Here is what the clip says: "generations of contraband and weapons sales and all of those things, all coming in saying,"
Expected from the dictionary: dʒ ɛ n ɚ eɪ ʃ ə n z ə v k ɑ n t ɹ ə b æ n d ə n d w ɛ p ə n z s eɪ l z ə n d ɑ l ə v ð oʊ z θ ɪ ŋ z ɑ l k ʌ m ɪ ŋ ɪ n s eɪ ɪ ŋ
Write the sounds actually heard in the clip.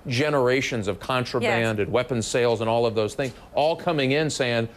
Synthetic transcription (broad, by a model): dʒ ɛ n ɚ eɪ ʃ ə n z ə v k ɑ n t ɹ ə b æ n d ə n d w ɛ p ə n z s eɪ l z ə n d ɑ l ə v ð oʊ z θ ɪ ŋ z ɑ l k ʌ m ɪ ŋ ɪ n s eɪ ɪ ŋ